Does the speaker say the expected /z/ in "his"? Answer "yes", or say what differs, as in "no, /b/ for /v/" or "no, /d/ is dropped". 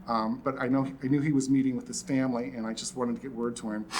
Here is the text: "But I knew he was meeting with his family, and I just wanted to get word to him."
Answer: no, /s/ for /z/